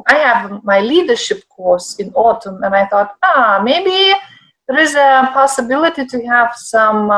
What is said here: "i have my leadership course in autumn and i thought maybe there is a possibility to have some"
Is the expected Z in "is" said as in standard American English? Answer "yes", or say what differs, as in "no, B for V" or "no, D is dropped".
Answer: yes